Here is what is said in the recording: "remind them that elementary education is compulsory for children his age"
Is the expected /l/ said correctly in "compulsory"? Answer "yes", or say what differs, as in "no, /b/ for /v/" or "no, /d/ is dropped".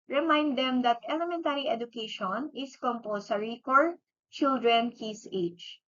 no, /l/ is dropped